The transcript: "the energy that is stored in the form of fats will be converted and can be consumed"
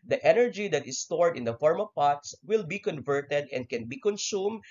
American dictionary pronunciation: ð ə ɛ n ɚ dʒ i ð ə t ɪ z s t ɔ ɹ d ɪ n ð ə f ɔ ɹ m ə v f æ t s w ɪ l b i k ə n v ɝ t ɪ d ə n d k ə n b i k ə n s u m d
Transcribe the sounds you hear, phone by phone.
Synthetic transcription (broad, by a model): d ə ɛ n ɚ dʒ i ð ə t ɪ s t ɔ ɹ d ɪ n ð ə f ɔ ɹ m ə v p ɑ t s w ɪ l b i k ə n v ɝ t ɪ d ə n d k ə n b i k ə n s u m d